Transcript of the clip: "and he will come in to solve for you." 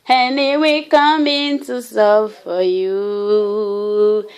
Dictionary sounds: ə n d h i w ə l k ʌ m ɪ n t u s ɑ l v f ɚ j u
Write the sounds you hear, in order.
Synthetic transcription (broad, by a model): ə n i w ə k ʌ m ɪ n t u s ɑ v f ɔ j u